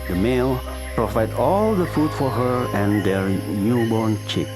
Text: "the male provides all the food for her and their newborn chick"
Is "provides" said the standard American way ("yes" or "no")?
no